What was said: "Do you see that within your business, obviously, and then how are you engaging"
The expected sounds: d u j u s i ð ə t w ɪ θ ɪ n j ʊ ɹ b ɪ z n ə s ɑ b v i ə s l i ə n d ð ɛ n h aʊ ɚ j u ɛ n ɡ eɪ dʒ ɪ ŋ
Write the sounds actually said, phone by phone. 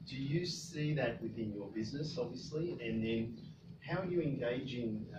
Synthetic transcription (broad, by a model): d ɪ j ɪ s i ð ə t w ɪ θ ɪ n j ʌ ɹ b ɪ z n ə s ɑ b v i ə s l i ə n ð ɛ n h aʊ ɚ j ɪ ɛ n ɡ eɪ dʒ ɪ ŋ